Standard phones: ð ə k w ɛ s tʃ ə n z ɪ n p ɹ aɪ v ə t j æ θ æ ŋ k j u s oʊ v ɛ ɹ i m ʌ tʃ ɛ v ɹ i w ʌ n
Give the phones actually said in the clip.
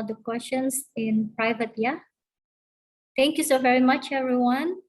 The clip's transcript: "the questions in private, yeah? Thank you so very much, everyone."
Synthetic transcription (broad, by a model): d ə k w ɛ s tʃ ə n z ɪ n p ɹ aɪ v ə t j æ t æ ŋ k j u s oʊ v ɛ ɹ i m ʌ tʃ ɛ v ɹ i w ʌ n